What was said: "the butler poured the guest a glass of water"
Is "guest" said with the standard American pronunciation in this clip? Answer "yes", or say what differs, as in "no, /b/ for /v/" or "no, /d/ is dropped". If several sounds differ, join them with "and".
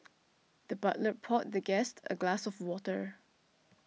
yes